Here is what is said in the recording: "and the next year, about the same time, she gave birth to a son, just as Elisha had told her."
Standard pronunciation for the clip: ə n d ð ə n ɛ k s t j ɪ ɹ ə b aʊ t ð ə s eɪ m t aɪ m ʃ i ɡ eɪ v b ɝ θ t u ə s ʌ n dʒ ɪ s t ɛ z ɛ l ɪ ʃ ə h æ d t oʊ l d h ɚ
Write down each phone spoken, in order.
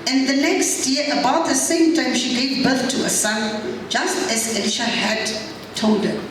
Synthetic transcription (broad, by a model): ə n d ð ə n ɛ k s t j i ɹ ə b aʊ t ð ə s eɪ m t aɪ m ʃ i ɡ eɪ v b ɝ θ t u ə s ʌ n dʒ ɪ s t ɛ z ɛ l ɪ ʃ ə h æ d t oʊ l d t